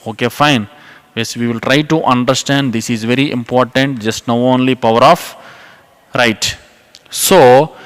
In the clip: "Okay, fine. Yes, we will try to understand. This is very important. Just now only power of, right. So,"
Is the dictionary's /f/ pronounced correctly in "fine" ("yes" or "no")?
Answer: yes